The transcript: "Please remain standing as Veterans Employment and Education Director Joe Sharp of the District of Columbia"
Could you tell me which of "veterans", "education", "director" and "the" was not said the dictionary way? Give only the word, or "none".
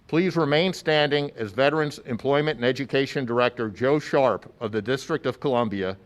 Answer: none